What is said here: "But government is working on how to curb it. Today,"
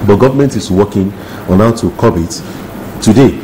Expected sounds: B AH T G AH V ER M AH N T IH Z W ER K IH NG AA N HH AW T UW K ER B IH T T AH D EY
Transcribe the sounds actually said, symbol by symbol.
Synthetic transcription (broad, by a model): B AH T G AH V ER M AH N T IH S W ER K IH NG AA N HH AW T UW K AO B IH T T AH D EY